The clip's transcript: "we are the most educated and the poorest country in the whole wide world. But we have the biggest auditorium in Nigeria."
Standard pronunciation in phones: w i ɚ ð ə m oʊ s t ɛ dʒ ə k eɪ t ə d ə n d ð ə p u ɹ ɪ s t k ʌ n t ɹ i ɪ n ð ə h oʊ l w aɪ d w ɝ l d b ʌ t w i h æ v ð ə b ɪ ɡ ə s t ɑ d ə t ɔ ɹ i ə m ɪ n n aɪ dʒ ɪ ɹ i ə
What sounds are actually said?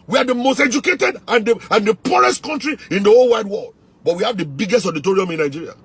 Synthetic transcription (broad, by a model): w i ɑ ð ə m oʊ s t ɛ dʒ ə k eɪ t ə d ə n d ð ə p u ɹ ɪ s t k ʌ n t ɹ i ɪ n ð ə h oʊ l w aɪ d w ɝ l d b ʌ t w i h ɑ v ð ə b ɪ ɡ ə s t ɑ d ə t ɔ ɹ i ə m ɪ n n aɪ dʒ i ɹ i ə